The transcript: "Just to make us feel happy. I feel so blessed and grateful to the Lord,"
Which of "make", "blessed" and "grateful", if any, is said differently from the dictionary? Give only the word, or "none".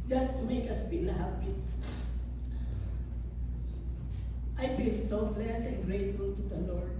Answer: blessed